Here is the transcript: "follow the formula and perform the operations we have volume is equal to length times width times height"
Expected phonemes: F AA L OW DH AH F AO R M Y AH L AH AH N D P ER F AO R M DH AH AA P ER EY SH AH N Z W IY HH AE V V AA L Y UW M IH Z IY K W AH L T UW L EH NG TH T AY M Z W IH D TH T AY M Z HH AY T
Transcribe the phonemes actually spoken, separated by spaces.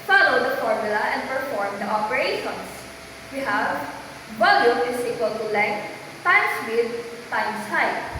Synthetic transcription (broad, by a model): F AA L OW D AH F AO R M Y AH L AH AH N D P ER F AO R M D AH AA P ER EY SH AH N S W IY HH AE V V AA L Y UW IH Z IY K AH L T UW L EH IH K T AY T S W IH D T AY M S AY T